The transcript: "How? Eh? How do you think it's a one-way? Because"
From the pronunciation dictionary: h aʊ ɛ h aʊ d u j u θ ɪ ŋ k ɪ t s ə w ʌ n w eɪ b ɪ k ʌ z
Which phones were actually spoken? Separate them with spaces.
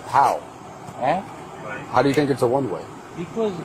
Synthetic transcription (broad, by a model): h aʊ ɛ h aʊ d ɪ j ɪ θ ɪ ŋ k ɪ t s ə w ʌ n w eɪ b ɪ k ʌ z